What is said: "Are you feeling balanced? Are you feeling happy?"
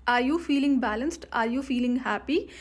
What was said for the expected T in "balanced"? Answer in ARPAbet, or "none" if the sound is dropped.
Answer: T